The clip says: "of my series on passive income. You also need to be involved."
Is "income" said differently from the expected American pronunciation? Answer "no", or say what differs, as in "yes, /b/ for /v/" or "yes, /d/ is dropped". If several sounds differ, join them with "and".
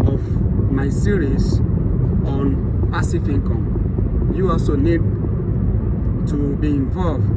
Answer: yes, /n/ is dropped